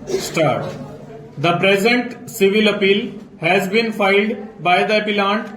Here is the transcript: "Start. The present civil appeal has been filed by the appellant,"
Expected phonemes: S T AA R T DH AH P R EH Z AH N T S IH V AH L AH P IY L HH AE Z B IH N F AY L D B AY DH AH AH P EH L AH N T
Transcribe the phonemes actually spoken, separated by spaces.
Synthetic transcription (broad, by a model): S T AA R T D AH P R EH Z AH N T S IH V AH L AH P IY L HH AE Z B IH N F AY L D B AY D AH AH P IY L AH N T